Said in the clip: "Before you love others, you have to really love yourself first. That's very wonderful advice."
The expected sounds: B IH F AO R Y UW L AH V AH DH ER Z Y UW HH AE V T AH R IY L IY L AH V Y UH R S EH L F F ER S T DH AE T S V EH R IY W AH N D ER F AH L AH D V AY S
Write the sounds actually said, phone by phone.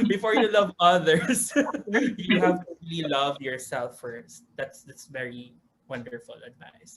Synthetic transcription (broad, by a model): B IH F AO R Y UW L AH V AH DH ER S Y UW HH AE V T AH R IY L IY L AH V Y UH R S EH L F F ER S T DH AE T S V EH R IY W AH N D ER F AH L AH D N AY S